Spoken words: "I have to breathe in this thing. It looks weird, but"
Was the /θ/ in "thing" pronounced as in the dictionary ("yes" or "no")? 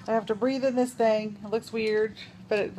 yes